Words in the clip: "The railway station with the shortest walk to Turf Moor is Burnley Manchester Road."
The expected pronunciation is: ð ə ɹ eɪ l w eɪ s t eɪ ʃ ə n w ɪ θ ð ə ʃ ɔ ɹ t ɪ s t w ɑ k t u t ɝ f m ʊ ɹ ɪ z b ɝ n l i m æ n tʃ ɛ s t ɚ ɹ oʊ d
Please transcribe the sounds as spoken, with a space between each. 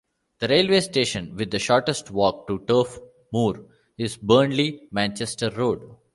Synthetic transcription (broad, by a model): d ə ɹ eɪ l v eɪ s t eɪ ʃ ə n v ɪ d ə ʃ ɔ ɹ t ɪ s t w ɑ k t u t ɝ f m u ɹ ɪ z b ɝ n l i m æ n tʃ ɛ s t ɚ ɹ oʊ d